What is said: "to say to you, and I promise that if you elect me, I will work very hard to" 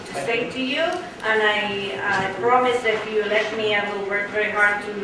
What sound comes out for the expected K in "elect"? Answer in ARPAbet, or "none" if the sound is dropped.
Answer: none